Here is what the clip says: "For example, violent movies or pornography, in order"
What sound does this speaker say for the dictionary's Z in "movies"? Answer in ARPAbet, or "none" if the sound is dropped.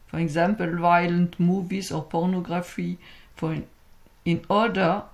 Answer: S